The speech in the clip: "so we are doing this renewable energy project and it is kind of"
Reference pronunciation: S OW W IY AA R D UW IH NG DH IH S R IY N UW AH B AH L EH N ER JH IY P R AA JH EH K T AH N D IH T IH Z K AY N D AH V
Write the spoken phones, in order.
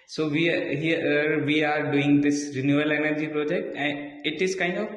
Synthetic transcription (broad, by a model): S OW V IY AA R D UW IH NG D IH S R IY N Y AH AH L EH N ER JH IY P R AA JH EH K T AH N IH T IH Z K AY N D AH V